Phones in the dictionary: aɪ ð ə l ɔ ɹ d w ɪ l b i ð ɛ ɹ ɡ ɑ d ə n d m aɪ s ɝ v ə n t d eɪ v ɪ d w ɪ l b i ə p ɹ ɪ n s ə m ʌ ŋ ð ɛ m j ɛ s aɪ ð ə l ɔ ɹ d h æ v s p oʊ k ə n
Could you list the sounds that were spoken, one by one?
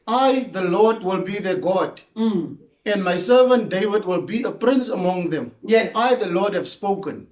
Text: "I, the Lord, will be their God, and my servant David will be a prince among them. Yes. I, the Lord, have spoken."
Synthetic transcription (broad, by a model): aɪ ð ə l ɔ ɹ d w ɪ l b i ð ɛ ɡ ɑ d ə n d m aɪ s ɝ v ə n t d eɪ v ɪ d w ɪ l b i ə p ɹ ɪ n s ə m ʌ ŋ ð ɛ m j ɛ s aɪ ð ə l ɔ d h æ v s p oʊ k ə n